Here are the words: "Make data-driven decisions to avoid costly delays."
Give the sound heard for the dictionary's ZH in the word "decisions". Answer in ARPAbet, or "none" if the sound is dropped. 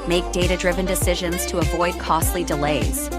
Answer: ZH